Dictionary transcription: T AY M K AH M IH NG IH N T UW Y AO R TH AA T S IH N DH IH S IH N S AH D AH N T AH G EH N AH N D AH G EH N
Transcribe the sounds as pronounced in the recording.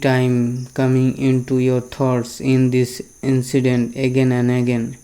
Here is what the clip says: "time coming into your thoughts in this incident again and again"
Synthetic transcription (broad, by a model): T AY M K AH M IH NG IH N T UW Y AO R T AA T S IH N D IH S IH N S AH D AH N T AH G EH N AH N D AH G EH N